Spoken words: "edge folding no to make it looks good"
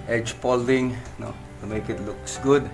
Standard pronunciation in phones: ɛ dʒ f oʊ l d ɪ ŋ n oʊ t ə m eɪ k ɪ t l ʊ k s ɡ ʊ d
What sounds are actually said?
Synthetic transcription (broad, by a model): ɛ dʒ p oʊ l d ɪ ŋ n oʊ t ə m eɪ k ɪ t l ʊ k s ɡ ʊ d